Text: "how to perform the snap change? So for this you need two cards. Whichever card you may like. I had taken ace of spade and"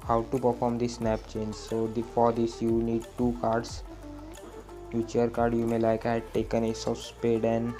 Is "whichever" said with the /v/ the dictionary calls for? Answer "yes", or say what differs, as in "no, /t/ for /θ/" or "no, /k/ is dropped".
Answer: no, /v/ is dropped